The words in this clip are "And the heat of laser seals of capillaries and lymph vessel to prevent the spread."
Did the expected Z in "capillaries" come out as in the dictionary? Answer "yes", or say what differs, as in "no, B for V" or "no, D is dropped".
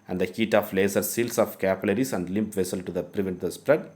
no, S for Z